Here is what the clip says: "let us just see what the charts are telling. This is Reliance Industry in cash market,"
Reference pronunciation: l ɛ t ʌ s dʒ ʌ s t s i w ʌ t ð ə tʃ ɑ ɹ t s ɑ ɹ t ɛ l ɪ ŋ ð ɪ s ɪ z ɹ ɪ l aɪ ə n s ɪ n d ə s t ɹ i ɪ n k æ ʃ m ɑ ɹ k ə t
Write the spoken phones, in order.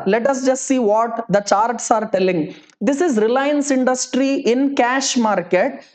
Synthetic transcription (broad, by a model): l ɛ t ʌ s dʒ ʌ s t s i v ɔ t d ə tʃ ɑ ɹ t s ɑ ɹ t ɛ l ɪ ŋ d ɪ s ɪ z ɹ ɪ l aɪ ə n s ɪ n d ə s t ɹ i ɪ n k æ ʃ m ɑ ɹ k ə t